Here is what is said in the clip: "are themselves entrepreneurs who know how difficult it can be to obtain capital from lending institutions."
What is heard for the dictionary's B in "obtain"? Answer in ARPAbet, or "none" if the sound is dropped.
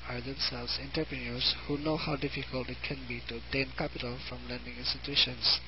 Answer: none